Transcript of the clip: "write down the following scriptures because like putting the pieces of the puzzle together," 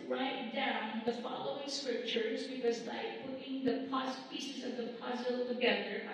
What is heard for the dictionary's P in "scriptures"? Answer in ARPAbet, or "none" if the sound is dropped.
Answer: P